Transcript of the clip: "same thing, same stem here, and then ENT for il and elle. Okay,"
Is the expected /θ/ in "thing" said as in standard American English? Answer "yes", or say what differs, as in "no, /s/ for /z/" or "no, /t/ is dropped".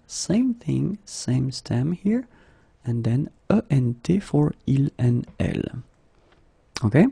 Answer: yes